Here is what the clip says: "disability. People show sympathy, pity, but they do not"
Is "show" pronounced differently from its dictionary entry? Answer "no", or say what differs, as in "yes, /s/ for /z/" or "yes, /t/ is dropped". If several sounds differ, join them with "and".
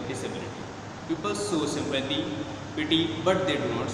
yes, /s/ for /ʃ/